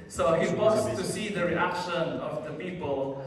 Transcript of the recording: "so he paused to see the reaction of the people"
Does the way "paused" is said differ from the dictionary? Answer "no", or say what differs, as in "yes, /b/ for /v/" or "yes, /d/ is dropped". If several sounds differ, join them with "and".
yes, /b/ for /p/